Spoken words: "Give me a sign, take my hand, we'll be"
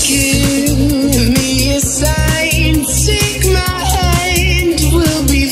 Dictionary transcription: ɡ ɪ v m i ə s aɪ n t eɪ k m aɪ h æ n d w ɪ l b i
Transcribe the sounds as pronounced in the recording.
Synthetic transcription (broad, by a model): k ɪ m i ə s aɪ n s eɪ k m aɪ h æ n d w ɪ l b i